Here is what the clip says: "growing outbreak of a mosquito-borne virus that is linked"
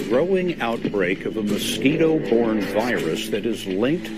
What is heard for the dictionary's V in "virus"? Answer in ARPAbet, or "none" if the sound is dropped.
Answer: V